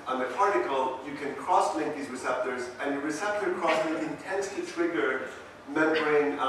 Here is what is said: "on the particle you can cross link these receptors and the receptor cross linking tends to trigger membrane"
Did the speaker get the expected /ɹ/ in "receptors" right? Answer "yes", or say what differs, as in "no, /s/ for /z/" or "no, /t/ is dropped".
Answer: yes